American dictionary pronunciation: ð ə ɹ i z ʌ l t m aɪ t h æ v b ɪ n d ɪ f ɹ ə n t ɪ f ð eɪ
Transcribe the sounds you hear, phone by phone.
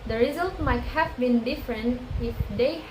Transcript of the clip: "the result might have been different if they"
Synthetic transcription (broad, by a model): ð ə ɹ i z ʌ l t m aɪ t h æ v b ɪ n d ɪ f ɹ ə n t ɪ f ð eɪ